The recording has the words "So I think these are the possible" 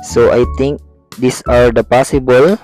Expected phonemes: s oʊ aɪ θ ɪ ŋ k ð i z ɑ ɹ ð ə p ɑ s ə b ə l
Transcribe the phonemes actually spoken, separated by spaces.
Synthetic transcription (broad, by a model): s oʊ aɪ t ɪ ŋ k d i s ɑ ɹ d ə p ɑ s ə b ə l